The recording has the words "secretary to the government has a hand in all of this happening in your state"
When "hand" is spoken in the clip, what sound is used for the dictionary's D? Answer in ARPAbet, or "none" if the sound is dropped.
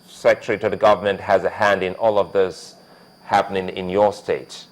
D